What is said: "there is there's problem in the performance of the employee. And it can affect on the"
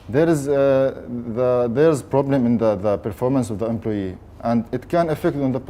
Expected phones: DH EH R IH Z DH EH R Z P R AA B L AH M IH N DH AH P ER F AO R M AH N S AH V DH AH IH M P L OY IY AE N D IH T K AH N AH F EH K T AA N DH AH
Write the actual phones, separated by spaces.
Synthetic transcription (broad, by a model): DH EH R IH Z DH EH R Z P R AA B L AH M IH N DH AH P ER F AO R M AH N S AH V DH AH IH M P L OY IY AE N D IH T K AH N AH F EH K T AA N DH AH